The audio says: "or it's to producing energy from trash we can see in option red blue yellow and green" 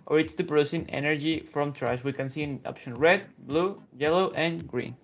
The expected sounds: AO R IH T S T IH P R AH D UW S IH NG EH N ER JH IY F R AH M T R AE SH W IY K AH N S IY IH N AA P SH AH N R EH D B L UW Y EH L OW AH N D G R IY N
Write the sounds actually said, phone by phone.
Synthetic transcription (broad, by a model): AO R IH T S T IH P R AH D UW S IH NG EH N ER JH IY F R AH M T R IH S W IY K AH N S IY IH N AA P SH AH N R EH D B L UW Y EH L OW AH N G R IY N